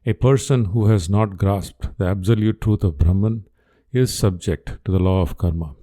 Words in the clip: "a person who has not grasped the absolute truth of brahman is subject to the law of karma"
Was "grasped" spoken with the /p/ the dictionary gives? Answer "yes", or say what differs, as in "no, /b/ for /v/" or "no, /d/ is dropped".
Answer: yes